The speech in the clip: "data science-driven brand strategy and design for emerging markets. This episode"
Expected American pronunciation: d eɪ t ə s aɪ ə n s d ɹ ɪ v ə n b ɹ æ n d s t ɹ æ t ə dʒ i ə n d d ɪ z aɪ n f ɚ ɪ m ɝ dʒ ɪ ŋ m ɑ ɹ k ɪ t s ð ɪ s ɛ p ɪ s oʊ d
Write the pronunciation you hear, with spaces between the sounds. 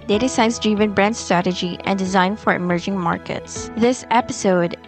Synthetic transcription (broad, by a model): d eɪ t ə s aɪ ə n s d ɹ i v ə n b ɹ æ n d s t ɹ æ t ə dʒ i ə n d d ɪ z aɪ n f ɚ ɪ m ɝ dʒ ɪ ŋ m ɑ ɹ k ɪ t s ð ɪ s ɛ p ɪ s oʊ d